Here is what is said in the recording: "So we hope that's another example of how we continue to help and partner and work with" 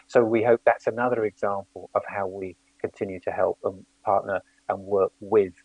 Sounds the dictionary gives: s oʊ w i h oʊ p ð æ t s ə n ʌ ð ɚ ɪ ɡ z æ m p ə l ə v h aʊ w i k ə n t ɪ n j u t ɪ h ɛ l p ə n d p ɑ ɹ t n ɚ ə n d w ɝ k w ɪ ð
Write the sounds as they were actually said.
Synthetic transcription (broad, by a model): s oʊ w i h oʊ p ð æ t s ə n ʌ ð ɚ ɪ ɡ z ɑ m p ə l ə v h aʊ w i k ə n t ɪ n j u t ɪ h ɛ l p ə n p ɑ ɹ t n ɚ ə n w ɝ k w ɪ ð